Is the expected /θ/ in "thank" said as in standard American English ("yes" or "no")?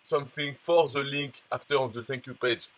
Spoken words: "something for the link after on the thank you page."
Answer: no